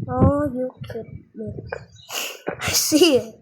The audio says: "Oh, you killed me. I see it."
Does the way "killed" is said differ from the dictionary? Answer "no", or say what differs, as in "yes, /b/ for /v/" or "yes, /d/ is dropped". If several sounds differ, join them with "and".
yes, /l/ is dropped